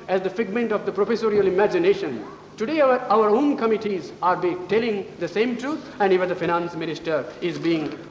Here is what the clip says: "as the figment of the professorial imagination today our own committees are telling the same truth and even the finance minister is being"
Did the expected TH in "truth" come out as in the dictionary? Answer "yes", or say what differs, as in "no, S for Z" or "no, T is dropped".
no, T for TH